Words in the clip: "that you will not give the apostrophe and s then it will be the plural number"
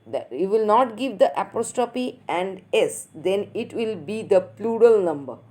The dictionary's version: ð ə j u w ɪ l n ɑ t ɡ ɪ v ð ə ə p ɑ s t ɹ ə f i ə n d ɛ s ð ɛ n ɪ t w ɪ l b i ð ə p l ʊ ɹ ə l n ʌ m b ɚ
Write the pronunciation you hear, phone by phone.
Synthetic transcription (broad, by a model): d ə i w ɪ l n ɑ t ɡ ɪ v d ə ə p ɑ s t ə p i ə n d ɛ s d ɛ n ɪ t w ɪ l b i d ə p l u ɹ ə l n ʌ m b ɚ